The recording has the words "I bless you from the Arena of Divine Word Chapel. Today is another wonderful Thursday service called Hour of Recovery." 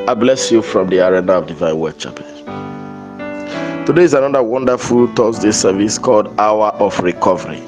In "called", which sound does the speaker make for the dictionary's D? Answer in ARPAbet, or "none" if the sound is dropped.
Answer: D